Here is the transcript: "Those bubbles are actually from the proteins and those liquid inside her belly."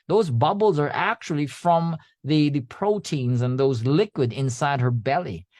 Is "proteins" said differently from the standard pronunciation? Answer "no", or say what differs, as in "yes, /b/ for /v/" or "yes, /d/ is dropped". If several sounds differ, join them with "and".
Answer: no